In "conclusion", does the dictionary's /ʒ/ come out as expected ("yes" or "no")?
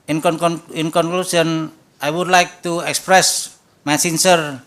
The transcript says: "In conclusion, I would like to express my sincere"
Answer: no